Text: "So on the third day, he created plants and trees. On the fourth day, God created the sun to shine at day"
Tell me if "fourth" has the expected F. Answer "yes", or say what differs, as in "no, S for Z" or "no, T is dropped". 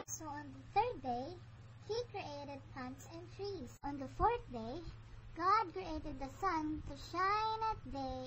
yes